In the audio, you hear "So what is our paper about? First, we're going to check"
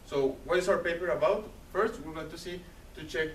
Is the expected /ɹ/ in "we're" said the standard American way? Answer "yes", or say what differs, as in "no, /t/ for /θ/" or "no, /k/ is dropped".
no, /l/ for /ɹ/